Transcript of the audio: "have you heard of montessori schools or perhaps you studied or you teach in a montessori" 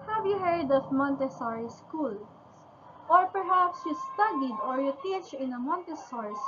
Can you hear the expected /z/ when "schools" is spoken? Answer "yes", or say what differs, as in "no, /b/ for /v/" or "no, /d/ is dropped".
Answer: no, /z/ is dropped